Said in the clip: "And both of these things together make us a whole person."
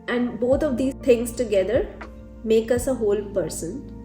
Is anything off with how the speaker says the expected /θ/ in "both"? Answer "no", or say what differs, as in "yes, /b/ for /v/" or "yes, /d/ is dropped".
yes, /t/ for /θ/